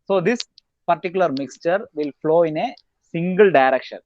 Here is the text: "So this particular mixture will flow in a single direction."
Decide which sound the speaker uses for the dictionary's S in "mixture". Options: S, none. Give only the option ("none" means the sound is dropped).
S